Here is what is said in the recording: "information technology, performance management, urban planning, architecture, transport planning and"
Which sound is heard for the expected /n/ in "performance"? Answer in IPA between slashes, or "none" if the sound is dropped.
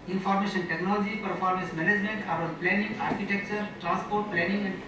none